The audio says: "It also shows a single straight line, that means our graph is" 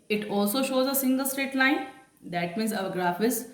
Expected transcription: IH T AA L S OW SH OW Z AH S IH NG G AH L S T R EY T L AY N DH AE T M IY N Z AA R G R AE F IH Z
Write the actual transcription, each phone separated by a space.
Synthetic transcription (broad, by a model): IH T AA L S OW SH OW Z AH S IH NG G AH L S T EY T L AY N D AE T M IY N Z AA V G R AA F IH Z